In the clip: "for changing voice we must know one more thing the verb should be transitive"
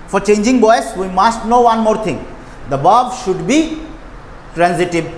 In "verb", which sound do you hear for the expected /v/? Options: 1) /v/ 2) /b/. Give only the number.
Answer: 2